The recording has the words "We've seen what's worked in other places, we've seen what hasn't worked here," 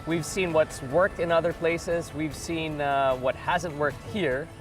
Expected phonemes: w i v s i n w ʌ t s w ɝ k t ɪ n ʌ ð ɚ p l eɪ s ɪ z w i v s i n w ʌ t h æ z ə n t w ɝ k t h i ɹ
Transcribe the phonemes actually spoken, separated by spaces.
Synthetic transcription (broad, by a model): w i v s i n w ʌ t s w ɝ k t ɪ n ʌ ð ɚ p l eɪ s ɪ z w i v s i n w ʌ t h æ z ə n t w ɝ k t h i ɹ